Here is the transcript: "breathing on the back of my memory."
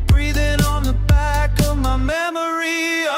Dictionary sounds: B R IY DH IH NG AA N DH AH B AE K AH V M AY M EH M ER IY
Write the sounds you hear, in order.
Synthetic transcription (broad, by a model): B R IY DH IH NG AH N DH AH B AE K AH V M AY M EH M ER IY